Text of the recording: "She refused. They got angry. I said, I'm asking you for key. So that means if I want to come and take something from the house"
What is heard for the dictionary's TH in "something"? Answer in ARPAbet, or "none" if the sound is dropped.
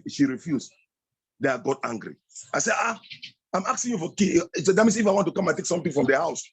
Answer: T